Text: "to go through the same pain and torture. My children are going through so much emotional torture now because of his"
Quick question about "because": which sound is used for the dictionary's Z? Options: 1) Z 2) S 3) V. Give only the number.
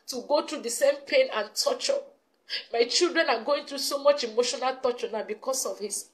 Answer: 2